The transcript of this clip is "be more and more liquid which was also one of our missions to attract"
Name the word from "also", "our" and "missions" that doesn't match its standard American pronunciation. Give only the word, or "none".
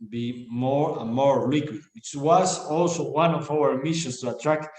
missions